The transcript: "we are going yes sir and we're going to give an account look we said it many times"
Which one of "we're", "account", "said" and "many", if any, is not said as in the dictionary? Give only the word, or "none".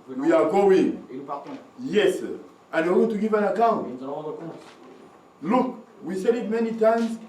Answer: we're